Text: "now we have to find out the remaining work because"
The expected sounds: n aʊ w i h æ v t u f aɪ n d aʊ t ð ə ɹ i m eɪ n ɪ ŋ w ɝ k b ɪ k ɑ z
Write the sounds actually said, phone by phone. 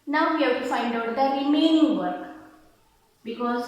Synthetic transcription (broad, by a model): n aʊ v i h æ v t u f aɪ n d aʊ t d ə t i m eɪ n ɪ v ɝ k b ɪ k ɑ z